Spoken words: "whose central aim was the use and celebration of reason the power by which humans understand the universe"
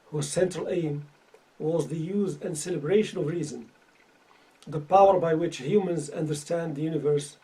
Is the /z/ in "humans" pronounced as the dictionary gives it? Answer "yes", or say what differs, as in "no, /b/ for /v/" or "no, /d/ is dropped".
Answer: yes